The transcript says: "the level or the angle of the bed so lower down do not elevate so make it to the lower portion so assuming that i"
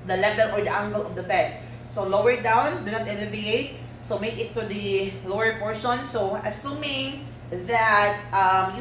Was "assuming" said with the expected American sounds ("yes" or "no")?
yes